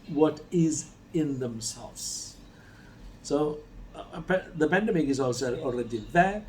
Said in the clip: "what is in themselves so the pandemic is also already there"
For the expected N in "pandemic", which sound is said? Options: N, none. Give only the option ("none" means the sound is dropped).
N